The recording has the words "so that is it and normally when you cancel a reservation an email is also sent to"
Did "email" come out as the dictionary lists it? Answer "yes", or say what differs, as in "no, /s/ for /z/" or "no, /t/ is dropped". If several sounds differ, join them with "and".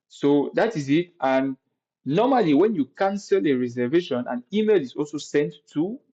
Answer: yes